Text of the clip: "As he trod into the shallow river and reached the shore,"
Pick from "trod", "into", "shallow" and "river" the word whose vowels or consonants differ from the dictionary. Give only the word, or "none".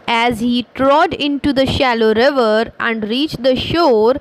none